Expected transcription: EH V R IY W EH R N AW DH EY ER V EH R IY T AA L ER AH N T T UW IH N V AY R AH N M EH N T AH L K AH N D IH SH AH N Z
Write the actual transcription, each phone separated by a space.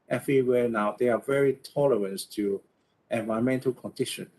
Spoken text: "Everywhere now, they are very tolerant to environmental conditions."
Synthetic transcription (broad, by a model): EH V R IY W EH N AW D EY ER V EH R IY T AA L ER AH N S T UW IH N V AY AH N M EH N T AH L K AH N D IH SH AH N